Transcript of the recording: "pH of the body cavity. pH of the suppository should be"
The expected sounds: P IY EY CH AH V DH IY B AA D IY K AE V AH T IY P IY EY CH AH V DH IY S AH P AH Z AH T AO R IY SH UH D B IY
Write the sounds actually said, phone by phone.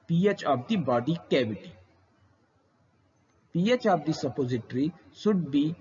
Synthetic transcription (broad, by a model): P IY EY CH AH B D IY B AA D IY K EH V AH T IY P IY EY CH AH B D IY S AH P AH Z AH T R IY S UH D B IY